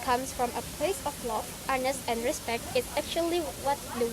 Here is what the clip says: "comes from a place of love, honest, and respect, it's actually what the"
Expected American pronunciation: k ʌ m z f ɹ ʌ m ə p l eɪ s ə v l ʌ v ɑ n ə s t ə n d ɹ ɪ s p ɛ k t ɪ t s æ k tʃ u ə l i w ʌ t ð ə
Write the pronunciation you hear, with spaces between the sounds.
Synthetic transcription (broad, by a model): k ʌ m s f ɹ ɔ m ə p l eɪ s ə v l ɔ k ɑ n ə s t ə n d ɹ ɪ s p ɛ k t ɪ t s æ k tʃ u ə l i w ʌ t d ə